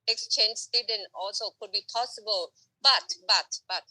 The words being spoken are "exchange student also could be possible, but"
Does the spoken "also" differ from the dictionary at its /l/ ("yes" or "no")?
no